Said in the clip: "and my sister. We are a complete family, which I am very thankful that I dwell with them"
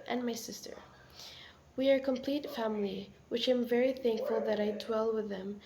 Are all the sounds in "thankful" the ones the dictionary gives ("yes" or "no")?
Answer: yes